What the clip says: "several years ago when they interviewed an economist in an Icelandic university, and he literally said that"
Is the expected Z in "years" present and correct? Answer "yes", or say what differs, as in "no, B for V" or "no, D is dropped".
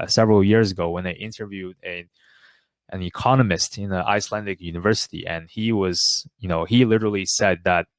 yes